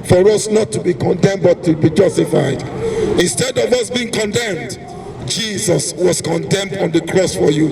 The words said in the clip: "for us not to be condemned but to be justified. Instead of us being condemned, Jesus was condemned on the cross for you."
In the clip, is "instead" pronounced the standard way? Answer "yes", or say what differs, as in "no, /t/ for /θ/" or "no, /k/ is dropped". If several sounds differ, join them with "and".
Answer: yes